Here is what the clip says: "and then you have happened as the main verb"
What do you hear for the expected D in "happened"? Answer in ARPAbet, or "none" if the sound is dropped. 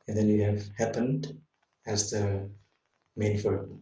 D